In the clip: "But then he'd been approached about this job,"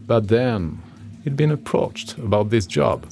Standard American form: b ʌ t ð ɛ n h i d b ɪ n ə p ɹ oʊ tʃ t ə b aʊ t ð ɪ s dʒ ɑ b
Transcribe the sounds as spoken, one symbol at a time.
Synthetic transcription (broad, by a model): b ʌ t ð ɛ n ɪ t b ɪ n ə p ɹ oʊ tʃ t ə b aʊ t ð ɪ s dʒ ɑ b